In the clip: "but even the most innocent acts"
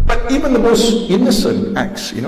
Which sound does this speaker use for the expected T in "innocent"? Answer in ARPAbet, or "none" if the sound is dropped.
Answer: T